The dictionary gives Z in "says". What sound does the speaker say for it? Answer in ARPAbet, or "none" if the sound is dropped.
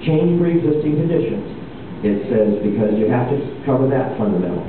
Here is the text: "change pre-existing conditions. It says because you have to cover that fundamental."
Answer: Z